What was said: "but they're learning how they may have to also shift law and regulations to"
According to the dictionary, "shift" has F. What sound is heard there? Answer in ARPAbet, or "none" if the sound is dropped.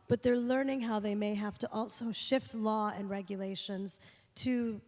F